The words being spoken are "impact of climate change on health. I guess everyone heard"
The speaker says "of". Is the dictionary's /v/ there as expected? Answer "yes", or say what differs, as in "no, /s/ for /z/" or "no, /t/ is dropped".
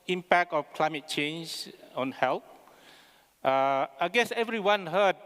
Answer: no, /f/ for /v/